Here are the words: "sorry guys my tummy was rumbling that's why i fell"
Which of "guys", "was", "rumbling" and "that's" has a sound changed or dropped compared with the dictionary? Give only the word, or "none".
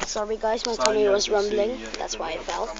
none